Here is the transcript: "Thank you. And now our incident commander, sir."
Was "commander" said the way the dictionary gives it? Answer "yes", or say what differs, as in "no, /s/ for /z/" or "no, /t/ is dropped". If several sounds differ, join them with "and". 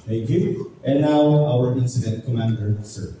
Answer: yes